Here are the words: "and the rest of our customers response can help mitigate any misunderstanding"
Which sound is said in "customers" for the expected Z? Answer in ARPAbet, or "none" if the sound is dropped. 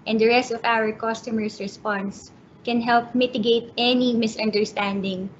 S